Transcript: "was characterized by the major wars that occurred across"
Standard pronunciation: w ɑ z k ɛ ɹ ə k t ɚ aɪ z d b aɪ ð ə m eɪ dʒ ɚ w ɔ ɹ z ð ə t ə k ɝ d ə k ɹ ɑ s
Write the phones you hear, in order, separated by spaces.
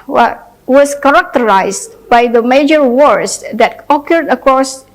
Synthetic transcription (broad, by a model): w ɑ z k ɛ ɹ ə k t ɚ aɪ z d b aɪ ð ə m eɪ dʒ ɚ w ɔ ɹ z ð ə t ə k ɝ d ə k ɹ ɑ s